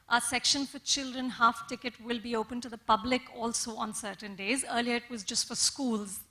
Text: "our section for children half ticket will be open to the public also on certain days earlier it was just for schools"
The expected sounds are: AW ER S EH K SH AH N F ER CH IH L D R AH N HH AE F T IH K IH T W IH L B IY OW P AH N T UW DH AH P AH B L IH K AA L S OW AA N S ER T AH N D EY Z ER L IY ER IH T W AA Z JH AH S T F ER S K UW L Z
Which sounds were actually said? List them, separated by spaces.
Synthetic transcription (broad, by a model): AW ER S EH K SH AH N F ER CH IH L D R AH N HH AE F T IH K IH T W IH L B IY OW P AH N T UW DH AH P AH B L IH K AA L S OW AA N S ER T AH N D EY Z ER L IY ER IH T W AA Z JH AH S T F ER S K UW L Z